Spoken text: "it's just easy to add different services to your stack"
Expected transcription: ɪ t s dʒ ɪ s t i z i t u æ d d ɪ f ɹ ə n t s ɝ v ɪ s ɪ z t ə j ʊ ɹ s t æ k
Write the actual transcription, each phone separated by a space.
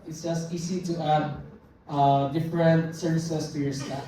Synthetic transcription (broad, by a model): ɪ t s dʒ ɪ s t i s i t u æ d d ɪ f ɹ ə n t s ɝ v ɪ s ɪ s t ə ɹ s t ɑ